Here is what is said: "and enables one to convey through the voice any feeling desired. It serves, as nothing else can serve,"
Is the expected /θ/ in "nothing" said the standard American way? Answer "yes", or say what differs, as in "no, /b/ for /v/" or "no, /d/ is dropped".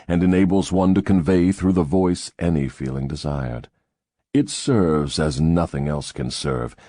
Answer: yes